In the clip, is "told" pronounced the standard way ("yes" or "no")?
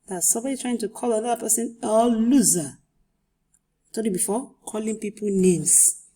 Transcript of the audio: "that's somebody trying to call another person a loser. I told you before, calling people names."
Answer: no